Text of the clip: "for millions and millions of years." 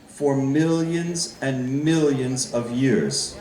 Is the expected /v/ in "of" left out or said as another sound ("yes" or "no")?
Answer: no